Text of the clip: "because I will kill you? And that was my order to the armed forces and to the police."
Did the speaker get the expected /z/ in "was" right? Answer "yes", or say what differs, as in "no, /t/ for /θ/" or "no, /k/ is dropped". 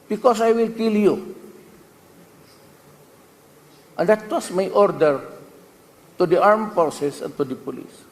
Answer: no, /s/ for /z/